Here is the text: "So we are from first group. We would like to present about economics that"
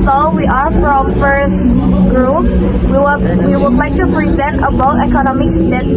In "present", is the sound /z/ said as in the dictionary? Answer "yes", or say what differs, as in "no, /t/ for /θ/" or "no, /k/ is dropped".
yes